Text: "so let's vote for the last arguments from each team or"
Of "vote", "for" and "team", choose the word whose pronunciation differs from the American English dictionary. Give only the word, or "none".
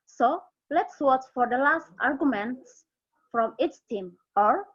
vote